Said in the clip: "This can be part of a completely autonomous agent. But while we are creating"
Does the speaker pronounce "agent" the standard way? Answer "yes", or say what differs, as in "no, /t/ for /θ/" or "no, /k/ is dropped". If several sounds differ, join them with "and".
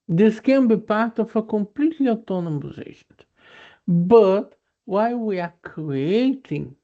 no, /ʃ/ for /dʒ/